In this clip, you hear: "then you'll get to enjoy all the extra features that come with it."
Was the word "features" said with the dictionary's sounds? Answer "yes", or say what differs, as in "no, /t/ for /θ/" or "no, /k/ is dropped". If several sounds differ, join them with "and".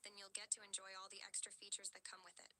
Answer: yes